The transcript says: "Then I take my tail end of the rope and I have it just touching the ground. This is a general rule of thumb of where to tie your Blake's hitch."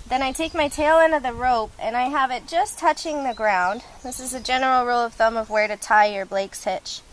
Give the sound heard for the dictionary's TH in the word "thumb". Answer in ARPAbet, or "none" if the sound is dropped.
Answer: TH